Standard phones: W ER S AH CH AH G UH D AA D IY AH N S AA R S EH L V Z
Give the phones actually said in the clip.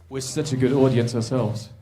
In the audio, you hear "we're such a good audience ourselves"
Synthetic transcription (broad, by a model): W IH S AH CH AH G UH D AA D IY AH N S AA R S EH L V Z